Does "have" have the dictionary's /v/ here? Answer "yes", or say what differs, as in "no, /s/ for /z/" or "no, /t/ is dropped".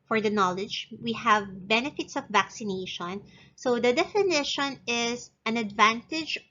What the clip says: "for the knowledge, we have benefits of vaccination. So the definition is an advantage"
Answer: yes